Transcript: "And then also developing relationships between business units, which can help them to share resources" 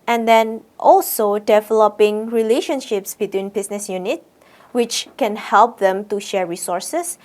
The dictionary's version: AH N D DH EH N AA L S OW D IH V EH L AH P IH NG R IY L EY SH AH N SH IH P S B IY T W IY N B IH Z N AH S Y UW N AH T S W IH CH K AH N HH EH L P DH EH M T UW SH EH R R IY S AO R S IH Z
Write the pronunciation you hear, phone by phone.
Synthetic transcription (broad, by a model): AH N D EH N AA L S OW D IH V EH L AH P IH NG R IY L EY SH AH N SH IH P S B IY T W IY N B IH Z N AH S Y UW N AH T W IH CH K AH N HH EH L P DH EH M T UW SH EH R R IY S AO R S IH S